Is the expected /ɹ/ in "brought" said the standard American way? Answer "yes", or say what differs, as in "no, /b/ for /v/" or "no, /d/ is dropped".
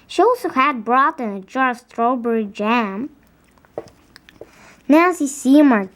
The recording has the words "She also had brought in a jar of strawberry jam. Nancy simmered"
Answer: yes